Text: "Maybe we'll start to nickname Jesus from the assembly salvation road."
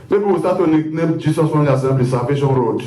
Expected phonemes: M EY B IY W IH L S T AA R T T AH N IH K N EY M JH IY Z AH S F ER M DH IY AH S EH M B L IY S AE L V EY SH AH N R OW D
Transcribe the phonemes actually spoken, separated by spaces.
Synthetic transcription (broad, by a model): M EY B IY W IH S T AA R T T AH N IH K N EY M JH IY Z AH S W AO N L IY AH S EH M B IY S AE L V EY SH AH N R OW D